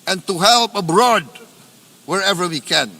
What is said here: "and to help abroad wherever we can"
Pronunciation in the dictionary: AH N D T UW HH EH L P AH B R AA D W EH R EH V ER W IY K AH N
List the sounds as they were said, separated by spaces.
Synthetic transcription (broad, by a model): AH N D T UW HH EH L P AH B R AA D W EH R EH V ER W IY K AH N